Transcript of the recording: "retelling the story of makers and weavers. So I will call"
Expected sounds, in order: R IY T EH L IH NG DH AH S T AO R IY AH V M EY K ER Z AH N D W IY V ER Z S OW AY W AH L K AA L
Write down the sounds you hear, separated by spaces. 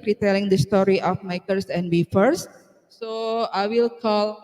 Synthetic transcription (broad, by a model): R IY T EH L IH NG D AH S T AO R IY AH F M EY K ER S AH N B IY F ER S S OW AY W AH L K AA L